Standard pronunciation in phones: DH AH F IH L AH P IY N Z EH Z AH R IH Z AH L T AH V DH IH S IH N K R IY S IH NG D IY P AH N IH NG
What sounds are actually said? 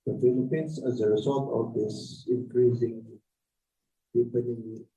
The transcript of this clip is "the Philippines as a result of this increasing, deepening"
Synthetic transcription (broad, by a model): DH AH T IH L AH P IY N S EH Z AH R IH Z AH L T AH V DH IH S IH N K R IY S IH NG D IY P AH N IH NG